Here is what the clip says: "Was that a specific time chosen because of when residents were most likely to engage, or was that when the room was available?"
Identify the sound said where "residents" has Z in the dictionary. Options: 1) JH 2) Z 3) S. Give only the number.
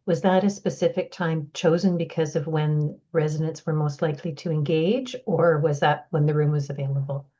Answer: 2